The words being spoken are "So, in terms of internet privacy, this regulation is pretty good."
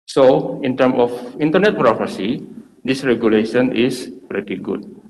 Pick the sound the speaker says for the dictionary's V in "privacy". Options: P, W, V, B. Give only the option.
P